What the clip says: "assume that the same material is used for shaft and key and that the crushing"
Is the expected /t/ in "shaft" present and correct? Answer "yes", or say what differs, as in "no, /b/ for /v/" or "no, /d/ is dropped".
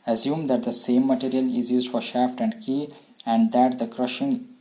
yes